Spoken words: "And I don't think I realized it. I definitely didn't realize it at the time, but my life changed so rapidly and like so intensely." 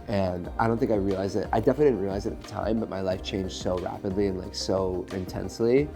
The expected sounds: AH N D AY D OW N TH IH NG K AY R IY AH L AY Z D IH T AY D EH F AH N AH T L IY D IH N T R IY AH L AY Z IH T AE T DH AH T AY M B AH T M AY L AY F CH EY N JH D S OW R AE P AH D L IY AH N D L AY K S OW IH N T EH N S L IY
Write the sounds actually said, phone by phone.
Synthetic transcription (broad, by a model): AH N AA AY D OW N TH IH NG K AY R IY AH L AY Z IH T AY D EH F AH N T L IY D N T R IY AH L AY Z IH T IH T DH AH T AY M B AH T M AY L AY F CH EY N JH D S OW R AE P AH D L IY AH N L AY K S OW IH N T EH N S L IY